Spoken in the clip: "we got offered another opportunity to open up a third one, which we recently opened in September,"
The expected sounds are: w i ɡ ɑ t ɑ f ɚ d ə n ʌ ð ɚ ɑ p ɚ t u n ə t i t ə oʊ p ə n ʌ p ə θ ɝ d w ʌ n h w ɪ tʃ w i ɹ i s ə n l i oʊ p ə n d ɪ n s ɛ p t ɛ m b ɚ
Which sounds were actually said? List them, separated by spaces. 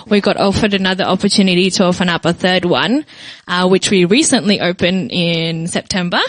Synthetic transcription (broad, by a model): w i ɡ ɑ t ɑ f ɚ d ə n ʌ ð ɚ ɑ p ɚ t u n ə t i t ə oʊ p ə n ʌ p ə θ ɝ d w ʌ n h w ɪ tʃ w i ɹ i s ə n l i oʊ p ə n ɪ n s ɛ p t ɛ m b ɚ